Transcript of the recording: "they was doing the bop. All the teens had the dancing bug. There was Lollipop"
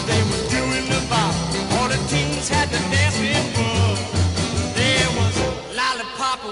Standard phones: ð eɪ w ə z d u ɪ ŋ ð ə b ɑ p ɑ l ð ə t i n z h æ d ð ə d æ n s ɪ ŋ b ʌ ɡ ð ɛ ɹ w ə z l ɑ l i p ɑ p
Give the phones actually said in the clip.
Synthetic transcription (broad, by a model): ð eɪ w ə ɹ d u ɪ ŋ ð ə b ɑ ɑ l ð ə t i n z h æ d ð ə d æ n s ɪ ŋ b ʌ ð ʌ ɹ w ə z l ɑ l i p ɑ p